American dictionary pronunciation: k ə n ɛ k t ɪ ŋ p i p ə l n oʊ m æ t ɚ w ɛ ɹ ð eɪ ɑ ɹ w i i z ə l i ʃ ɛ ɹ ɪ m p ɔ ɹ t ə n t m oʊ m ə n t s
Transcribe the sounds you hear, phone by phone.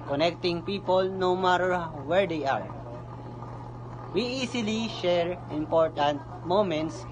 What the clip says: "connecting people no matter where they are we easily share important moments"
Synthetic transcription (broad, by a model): k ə n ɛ k t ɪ ŋ p i p ə l n oʊ m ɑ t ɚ w ɛ ɹ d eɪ ɑ ɹ w i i s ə l i ʃ ɛ ɹ ɪ m p ɔ ɹ t ə n t m oʊ m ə n t s